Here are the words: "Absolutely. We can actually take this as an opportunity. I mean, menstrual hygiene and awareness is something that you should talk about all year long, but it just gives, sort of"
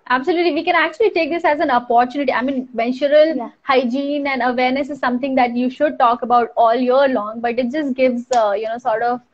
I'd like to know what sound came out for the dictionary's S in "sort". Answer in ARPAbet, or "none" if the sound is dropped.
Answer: S